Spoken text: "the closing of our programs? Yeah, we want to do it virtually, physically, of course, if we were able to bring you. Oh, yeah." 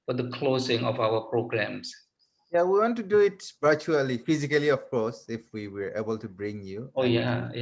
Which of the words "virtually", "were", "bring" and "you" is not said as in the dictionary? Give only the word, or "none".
virtually